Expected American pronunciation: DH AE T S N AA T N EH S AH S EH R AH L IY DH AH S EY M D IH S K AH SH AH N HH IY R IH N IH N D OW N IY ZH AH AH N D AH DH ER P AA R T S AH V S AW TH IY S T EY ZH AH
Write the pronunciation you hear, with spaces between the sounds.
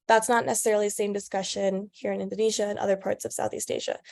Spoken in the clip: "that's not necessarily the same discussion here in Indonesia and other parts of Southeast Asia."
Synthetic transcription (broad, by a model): DH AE T S N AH T N EH S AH S EH R L IY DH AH S EY M D IH S K AH SH AH N HH IY R IH N IH N D OW N IY ZH AH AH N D AH DH ER P AA R T S AH V S AW TH IY S T EY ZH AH